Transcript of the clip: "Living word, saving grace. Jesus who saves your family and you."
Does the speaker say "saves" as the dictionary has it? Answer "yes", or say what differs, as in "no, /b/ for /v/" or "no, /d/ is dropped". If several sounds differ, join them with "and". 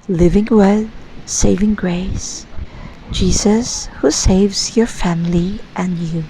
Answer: yes